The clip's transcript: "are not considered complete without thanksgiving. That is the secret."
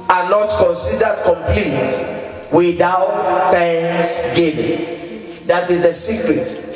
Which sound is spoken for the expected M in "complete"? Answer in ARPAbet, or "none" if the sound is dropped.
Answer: M